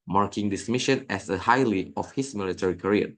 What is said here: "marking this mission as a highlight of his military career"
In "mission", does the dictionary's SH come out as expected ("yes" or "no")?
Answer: yes